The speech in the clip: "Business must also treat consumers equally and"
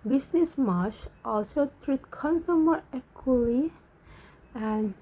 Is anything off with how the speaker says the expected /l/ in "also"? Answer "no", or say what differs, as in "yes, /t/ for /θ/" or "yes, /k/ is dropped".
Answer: no